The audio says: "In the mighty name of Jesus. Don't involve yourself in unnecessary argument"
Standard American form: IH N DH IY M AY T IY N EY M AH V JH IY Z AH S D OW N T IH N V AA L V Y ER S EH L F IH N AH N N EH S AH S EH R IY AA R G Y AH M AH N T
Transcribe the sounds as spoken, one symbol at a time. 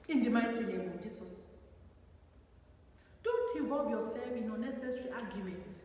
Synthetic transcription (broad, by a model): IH N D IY M AY T IY L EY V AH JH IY S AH S D OW N T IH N V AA L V Y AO S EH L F IH N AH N N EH S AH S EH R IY AA G Y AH M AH N T